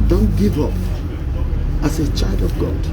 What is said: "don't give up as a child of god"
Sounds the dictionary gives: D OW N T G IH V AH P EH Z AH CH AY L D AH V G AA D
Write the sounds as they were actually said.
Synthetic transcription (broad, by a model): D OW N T G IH V AH P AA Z AH CH AY L D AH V G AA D